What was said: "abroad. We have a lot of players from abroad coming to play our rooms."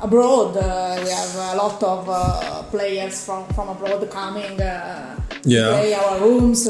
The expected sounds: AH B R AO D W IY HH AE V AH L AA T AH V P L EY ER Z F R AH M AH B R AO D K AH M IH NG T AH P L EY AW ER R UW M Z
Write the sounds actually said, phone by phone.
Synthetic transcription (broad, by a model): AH B R AO D W IY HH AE V AH L AA T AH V P L EY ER S F R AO M AH B R AO D K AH M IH NG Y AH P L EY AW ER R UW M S